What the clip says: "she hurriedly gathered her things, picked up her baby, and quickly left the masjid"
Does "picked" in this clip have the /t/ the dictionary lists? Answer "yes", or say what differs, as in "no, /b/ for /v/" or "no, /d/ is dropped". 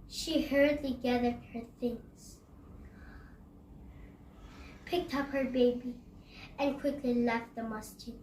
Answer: yes